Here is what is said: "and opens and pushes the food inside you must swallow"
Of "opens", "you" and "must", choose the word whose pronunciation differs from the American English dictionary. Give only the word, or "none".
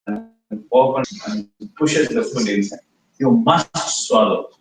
opens